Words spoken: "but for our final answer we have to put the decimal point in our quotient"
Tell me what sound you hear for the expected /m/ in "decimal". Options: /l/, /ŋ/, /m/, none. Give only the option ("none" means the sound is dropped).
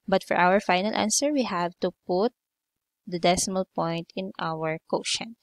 /m/